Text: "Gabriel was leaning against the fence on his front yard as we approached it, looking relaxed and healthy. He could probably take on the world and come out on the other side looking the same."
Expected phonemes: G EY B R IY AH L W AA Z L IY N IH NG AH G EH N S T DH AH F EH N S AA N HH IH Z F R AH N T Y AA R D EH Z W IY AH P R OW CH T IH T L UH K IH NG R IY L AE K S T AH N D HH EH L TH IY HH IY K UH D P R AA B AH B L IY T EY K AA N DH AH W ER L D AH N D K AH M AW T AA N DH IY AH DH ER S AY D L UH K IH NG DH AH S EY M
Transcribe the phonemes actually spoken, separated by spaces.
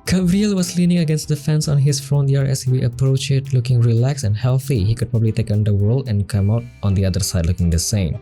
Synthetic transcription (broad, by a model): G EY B R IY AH L W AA S L IY N IH NG AH G EH N S T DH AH F EH N S AA N HH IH S F R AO N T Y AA R EH S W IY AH P R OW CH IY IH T L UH K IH NG R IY L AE K S AH N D HH EH L TH IY HH IY K UH D P R AA B AH B L IY T EY K AA N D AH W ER L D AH N K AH M AW T AA N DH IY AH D ER S AY D L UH K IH NG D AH S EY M